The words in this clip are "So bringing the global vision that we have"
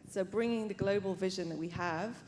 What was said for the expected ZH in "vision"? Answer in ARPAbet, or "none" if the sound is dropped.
ZH